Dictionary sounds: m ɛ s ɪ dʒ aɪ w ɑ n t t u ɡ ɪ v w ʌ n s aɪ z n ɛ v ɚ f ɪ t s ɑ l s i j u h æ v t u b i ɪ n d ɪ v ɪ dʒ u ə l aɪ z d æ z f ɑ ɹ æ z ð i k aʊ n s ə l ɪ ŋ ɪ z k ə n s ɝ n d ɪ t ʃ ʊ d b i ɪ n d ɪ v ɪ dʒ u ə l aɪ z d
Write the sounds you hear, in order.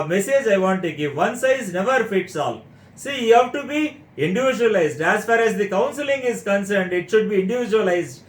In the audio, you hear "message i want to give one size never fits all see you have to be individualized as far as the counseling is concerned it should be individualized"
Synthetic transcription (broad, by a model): m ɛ s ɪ dʒ aɪ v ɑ n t t u ɡ ɪ v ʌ n s aɪ z n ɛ v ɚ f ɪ t s ɑ l s i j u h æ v t u b i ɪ n d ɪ v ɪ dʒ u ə l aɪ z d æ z f ɑ ɹ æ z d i k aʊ n s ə l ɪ ŋ ɪ z k ə n s ɝ n d ɪ t ʃ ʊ d b i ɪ n d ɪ v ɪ dʒ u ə l aɪ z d